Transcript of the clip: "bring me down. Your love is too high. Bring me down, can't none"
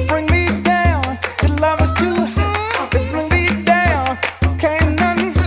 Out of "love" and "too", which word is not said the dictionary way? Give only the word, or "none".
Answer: none